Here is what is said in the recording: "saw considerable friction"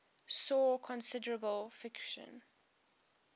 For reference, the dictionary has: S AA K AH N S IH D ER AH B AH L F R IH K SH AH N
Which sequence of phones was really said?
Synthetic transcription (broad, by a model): S AA K AH N S IH D ER AH B AH L F IH K SH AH N